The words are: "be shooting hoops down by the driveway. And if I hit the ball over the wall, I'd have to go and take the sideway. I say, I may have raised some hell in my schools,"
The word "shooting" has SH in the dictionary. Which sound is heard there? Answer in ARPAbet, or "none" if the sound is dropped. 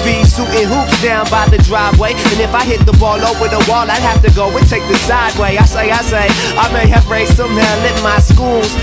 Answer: S